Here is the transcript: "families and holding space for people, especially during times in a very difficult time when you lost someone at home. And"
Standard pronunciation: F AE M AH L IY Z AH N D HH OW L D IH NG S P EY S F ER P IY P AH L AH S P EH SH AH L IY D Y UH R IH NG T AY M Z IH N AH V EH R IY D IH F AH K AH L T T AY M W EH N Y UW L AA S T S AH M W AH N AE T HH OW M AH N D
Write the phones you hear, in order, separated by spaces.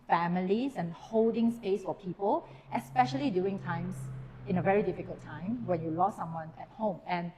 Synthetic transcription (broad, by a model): F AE M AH L IY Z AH N HH OW L D IH NG S P EY S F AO P IY P AH L AH S P EH SH AH L IY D Y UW IH NG T AY M S IH N AH V EH R IY D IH F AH K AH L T T AY M W EH N Y UW L AA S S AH M W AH N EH T HH OW M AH N